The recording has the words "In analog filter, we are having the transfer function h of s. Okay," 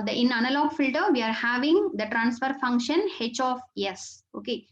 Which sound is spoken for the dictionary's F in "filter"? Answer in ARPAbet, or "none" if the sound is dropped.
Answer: F